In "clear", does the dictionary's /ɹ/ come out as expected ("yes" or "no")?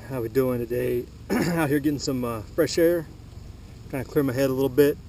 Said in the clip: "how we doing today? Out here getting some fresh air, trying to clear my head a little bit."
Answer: yes